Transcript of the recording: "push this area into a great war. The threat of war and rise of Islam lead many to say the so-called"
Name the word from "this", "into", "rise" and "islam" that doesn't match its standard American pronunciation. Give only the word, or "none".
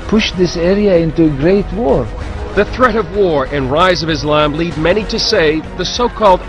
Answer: none